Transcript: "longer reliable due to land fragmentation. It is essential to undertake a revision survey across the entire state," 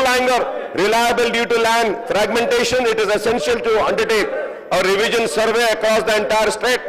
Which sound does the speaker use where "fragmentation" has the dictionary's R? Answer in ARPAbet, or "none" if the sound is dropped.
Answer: R